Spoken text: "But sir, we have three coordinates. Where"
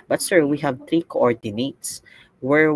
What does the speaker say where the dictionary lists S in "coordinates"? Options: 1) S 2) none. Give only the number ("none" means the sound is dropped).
1